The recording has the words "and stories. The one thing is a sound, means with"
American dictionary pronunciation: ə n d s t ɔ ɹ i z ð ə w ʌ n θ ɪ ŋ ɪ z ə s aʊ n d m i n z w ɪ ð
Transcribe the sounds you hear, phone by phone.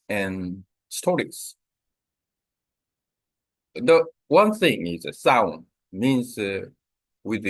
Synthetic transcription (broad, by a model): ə n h s t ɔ ɹ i s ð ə w ʌ n θ ɪ ŋ ɪ z ə s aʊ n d m i n z w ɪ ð